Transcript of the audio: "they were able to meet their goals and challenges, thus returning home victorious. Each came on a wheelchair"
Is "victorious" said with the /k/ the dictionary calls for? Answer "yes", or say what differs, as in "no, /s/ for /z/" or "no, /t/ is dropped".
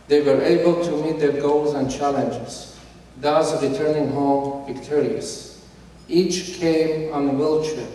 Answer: yes